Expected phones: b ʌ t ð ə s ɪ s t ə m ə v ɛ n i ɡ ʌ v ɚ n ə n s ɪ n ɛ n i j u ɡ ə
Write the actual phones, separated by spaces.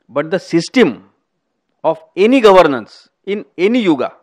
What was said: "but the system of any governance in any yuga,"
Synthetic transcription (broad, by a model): b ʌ t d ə s ɪ s t ə m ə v ɛ n i ɡ ʌ v ɚ n ə n s ɪ n ɛ n i j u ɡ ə